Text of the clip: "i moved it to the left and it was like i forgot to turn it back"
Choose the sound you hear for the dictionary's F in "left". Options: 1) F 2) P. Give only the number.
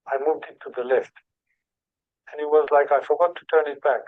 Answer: 1